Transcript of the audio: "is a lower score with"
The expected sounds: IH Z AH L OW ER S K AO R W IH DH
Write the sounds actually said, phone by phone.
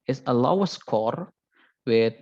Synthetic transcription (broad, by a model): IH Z AH L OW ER S K AO R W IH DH